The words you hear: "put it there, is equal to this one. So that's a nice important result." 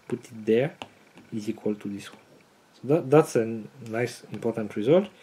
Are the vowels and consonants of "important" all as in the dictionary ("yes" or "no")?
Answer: yes